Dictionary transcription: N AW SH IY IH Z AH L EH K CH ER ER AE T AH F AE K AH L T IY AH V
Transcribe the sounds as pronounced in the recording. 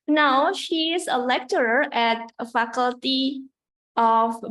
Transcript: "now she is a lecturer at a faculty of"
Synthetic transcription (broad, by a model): N AW SH IY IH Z AH L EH K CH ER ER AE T AH F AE K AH L T IY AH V